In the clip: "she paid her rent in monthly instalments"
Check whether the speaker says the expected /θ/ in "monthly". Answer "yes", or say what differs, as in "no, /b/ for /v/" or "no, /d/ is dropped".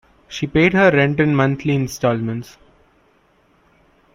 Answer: no, /t/ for /θ/